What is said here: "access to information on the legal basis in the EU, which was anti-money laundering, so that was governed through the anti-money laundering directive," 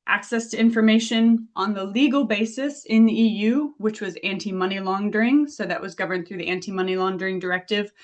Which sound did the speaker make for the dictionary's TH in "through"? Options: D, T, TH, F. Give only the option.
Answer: TH